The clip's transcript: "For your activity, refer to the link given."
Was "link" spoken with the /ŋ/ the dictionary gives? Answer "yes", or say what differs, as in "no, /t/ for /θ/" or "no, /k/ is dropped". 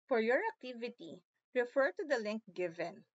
yes